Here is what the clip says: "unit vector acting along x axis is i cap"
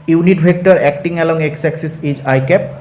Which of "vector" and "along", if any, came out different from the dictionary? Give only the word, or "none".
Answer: vector